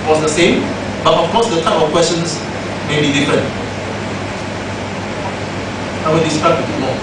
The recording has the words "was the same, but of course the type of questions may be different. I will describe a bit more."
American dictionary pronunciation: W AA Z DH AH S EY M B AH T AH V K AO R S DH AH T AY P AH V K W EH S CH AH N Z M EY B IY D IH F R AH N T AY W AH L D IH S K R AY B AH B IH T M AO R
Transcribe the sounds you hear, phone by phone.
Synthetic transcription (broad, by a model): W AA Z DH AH S EY M B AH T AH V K AO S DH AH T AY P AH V K W EH S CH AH N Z M EY B IY D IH F R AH N T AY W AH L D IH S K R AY AH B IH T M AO